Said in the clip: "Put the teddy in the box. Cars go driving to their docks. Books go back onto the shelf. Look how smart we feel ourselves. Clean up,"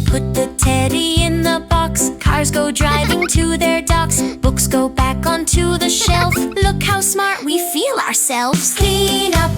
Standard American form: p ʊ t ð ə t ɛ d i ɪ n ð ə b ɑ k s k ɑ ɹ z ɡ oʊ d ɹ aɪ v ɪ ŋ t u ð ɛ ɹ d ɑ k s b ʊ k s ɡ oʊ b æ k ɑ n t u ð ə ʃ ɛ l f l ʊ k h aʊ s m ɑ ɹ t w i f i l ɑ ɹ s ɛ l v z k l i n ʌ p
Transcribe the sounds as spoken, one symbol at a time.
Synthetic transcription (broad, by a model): p ʊ t ð ə t ɛ d i ɪ n ð ə b ɑ k s k ɑ ɹ z ɡ oʊ d ɹ aɪ v ɪ ŋ t u ð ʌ ɹ d ɑ k s b ʊ k s ɡ oʊ b æ k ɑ n t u ð ə ʃ ɛ l f l ʊ k h aʊ s m ɑ ɹ t w i f i l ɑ ɹ s ɛ l v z k l i n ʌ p